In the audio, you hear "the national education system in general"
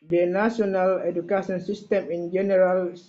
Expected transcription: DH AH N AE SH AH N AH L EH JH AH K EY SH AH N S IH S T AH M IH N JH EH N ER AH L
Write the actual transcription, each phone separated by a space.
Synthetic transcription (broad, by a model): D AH N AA S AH N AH L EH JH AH K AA S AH N S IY S T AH M IH N JH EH N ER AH L